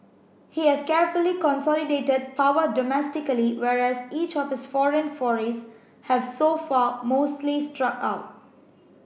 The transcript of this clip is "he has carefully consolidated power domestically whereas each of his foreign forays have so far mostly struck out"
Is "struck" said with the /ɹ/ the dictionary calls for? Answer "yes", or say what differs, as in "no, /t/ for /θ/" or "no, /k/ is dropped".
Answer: yes